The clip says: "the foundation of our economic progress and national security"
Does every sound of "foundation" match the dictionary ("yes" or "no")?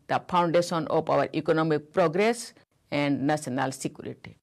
no